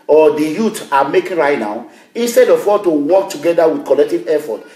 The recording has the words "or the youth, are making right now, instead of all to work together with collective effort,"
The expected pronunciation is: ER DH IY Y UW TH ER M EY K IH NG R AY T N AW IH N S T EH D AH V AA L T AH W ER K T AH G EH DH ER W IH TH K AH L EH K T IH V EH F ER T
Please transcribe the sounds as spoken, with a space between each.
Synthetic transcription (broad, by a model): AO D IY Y UW T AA M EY K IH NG R AY T N AW IH N S T EH D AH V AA T AH W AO K T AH G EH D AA W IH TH K AH L EH K T IH V EH F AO T